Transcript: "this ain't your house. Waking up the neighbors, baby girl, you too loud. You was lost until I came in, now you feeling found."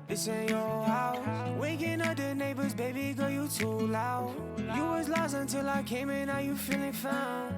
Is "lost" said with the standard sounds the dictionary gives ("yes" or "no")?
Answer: no